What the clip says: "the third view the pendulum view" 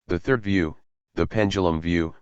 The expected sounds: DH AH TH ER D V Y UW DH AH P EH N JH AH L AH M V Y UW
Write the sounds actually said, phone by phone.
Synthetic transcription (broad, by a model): DH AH TH ER D V Y UW DH AH P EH N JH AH L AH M V Y UW